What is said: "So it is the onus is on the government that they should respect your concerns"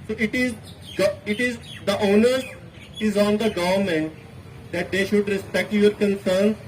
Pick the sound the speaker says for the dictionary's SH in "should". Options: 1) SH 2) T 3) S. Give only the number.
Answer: 1